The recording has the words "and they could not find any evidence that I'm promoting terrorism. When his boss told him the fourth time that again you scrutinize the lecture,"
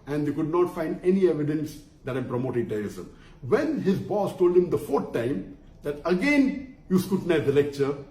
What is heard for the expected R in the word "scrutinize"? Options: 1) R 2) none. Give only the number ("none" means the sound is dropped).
2